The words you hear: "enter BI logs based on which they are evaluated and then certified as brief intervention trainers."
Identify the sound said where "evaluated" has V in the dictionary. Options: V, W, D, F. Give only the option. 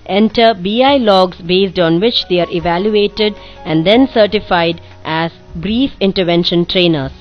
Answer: V